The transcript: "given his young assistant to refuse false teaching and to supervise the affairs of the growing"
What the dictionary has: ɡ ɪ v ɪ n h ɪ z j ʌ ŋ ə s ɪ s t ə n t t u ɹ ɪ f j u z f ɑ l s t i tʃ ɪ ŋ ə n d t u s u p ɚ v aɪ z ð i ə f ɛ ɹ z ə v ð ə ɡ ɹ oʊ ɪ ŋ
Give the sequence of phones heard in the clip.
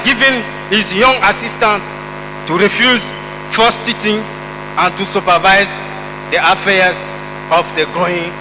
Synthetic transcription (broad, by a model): ɡ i v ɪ n h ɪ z j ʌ ŋ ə s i s t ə n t t u ɹ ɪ f j u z f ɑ s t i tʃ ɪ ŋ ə n t u s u p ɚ v aɪ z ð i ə f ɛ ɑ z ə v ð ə ɡ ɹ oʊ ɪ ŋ